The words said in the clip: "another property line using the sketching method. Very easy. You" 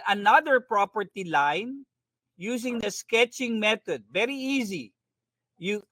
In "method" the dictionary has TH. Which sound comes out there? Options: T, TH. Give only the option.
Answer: T